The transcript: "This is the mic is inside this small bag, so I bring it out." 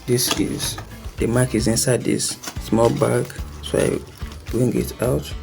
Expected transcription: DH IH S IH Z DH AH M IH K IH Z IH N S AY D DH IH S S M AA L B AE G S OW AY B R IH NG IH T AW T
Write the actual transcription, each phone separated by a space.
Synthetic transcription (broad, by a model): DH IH S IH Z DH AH M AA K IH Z IH N S AY D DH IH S S M AA L B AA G S OW AY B R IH NG IH T AW T